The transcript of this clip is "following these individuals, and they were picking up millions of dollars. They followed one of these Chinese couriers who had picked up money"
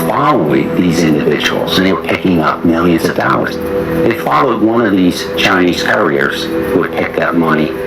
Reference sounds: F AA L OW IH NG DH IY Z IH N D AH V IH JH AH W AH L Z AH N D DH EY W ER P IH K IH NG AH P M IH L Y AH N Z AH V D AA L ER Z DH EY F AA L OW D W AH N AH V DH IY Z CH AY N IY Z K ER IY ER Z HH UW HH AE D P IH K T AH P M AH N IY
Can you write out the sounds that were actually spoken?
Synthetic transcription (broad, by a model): F AA L OW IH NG DH IY Z IH N D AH V IH JH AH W L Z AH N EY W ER P IH K IH NG AH P M IH L Y AH N Z AH V D AA L ER Z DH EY F AA L OW D W AH N AH V DH IY Z CH AY N IY Z K ER IY ER Z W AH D P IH K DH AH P M AH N IY